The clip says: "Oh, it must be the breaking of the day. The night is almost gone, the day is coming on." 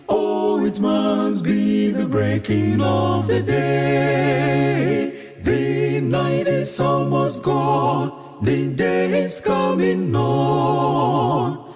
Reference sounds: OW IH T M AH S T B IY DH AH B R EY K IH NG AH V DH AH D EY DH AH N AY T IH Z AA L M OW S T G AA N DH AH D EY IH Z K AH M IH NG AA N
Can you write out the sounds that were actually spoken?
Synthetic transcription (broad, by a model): OW IH T M AH S T B IY DH AH B R EY K IH NG AH V DH AH D EY DH AH N AY T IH S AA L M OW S G AA N DH AH D EY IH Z K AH M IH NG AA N